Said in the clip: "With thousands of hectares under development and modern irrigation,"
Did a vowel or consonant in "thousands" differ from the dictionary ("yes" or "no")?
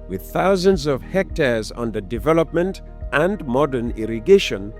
no